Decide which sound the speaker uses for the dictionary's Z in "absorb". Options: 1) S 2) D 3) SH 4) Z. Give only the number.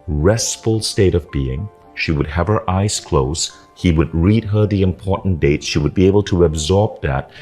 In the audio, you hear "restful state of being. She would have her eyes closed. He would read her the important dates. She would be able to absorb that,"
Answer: 4